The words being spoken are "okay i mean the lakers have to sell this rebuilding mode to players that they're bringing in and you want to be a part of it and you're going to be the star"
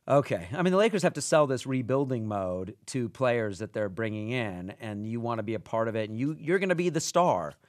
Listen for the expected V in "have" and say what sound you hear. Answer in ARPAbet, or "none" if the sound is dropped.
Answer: F